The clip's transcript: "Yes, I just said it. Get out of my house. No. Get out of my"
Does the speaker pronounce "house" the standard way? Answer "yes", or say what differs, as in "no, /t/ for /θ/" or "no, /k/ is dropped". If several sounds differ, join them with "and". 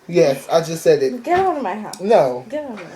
no, /s/ is dropped